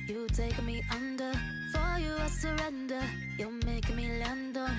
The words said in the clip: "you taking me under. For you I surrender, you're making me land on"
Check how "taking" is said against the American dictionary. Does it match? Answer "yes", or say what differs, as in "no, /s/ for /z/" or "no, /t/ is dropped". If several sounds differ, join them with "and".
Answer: no, /k/ is dropped